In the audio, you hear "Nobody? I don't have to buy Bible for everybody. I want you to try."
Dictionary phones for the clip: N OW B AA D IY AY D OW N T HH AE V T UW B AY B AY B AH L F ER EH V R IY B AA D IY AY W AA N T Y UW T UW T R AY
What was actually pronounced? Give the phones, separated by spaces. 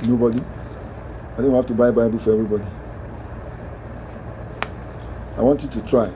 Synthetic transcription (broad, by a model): N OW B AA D IY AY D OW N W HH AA F T UW B AY B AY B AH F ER EH V R IY B AA D IY AY W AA N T Y UW T UW T R AY